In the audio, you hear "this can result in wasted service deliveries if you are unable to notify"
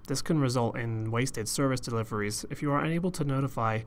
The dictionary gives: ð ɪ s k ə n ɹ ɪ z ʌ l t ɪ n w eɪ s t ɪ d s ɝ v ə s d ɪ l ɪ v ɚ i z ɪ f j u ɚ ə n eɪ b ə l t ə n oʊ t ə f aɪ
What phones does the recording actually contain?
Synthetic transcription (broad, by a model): ð ɪ s k ə n ɹ ɪ z ʌ l t ɪ n w eɪ s t ɪ d s ɝ v ə s d ɪ l ɪ v ɚ i z ɪ f j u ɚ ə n eɪ b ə l t ə n oʊ t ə f aɪ